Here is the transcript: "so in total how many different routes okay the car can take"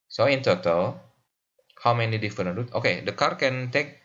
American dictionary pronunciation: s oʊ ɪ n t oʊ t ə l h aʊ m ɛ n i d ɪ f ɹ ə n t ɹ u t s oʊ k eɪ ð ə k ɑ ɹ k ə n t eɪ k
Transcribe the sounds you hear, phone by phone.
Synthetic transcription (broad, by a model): s oʊ ɪ n t oʊ t ə l h aʊ m ɛ n i d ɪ f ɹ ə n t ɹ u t oʊ k eɪ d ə k ɑ ɹ k ə n t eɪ k